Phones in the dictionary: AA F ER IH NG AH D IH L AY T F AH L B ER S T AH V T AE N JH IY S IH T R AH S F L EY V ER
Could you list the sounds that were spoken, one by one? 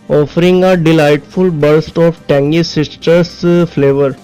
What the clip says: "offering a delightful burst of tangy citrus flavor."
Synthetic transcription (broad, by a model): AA F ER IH NG AH D IH L AY T F AH L B ER S T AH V T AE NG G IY S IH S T AH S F L EY V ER